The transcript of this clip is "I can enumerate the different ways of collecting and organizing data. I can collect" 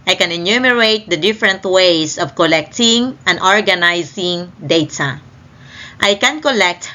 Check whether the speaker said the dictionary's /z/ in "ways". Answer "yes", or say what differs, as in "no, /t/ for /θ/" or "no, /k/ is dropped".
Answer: no, /s/ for /z/